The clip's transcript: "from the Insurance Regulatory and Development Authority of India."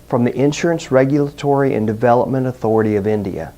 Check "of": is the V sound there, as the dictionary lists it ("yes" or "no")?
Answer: yes